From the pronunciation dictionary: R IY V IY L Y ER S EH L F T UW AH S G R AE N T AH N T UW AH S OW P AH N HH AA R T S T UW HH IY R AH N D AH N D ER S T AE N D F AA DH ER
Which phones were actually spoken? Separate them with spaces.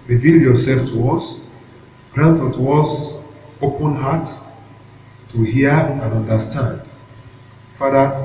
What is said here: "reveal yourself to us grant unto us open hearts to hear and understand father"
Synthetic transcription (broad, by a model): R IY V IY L Y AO S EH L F T UW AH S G R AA N T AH T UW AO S OW P AH N HH AA T T UW HH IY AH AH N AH N D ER S T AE N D F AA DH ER